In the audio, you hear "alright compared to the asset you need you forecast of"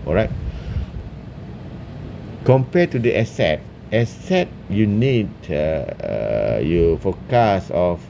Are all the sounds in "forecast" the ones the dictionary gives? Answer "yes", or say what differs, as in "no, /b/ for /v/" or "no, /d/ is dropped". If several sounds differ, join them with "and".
no, /t/ is dropped